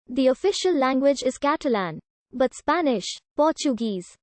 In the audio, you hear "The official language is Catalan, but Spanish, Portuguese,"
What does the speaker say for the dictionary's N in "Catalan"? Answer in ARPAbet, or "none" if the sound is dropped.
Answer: N